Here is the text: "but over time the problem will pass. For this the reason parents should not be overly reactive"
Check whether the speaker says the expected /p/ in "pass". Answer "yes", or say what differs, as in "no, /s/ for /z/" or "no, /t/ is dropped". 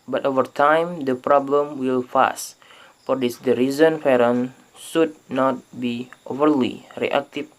no, /f/ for /p/